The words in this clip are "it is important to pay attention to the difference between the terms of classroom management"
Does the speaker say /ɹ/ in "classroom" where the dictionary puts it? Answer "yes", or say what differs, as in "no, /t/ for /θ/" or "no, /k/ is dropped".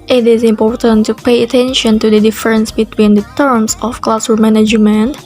no, /ɹ/ is dropped